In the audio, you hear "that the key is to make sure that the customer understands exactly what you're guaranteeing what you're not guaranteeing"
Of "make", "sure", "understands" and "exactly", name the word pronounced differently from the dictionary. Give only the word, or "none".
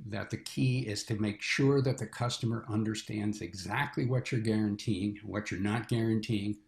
none